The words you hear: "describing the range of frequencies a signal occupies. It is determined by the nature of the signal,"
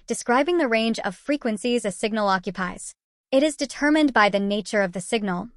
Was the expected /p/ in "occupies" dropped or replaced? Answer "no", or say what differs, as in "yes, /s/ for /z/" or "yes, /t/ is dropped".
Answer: no